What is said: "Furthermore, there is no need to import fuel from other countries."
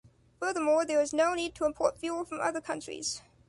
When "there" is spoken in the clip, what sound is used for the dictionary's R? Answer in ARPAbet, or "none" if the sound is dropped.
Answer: W